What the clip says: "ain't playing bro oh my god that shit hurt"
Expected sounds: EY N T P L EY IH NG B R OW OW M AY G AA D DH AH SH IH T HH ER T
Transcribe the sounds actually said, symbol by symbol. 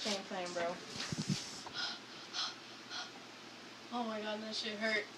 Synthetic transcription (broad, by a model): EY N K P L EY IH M B R OW OW M AY G AA D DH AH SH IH HH ER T